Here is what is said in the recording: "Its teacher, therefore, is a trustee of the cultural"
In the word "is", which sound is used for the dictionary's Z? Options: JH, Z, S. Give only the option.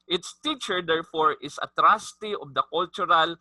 S